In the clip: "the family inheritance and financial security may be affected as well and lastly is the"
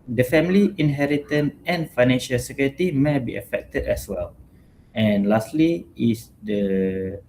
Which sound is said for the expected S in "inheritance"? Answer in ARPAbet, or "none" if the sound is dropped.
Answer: none